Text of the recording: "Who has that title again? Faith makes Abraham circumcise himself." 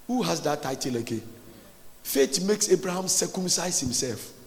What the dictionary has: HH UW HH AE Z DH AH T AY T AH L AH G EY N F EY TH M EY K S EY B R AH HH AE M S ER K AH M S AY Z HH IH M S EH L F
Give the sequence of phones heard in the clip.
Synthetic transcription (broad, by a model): HH UW HH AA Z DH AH T AY T AH L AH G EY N F EY T M EY K S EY B R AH HH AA M S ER K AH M S AY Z HH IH M S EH L F